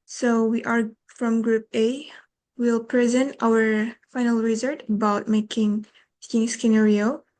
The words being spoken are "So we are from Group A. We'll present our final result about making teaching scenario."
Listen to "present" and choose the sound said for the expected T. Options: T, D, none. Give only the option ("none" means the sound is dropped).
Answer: T